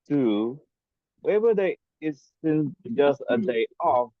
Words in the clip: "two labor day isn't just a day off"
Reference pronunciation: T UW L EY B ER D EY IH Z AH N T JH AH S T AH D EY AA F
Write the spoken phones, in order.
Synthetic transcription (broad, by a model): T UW W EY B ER D EY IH S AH N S JH AH S T AH D EY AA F